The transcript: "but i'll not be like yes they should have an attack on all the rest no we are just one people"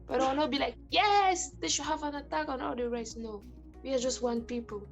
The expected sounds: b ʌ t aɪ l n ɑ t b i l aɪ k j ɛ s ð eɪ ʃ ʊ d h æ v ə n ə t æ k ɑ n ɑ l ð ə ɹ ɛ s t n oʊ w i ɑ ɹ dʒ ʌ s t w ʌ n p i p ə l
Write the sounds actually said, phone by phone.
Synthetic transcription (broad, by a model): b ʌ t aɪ w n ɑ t b i l aɪ k j ɛ s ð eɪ ʃ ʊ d h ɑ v ə n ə t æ k ɑ n ɑ l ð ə ɹ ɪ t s n oʊ w i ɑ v dʒ ʌ s t w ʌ n p i p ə l